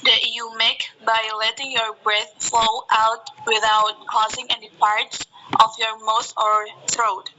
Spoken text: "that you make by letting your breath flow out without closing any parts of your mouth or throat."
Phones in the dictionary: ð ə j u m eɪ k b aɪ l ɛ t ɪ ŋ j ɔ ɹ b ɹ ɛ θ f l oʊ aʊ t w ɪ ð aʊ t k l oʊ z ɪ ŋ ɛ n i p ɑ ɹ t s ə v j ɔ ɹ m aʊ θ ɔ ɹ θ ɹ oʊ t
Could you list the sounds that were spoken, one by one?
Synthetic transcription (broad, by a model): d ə j u m eɪ k b aɪ l ɛ t ɪ ŋ j ɔ ɹ b ɹ ɛ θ f l oʊ aʊ t w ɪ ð aʊ t k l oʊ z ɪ ŋ ɛ n i p ɑ ɹ t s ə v j ɔ ɹ m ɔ s ɔ ɹ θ ɹ oʊ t